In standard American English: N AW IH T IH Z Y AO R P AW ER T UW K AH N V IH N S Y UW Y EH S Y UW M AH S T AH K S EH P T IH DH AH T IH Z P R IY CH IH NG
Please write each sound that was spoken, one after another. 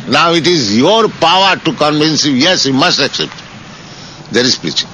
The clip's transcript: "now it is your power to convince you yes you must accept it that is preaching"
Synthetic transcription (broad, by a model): N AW IH T IH Z Y AO R P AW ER T UW K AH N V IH N S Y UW Y EH S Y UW M AH S T AH K S EH P T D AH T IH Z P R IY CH